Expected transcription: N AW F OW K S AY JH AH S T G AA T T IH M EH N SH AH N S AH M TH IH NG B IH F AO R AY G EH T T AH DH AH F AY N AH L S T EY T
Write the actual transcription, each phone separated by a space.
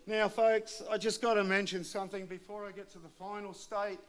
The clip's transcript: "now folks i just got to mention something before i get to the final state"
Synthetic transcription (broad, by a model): N AW F OW K S AY JH AH S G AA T T IH M EH N SH AH N S AH M TH IH NG B IH F AO R AY G EH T T AH DH AH F AY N L S T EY T